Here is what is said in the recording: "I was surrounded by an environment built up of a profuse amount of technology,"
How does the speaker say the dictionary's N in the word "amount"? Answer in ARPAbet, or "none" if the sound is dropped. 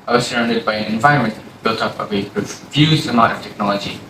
none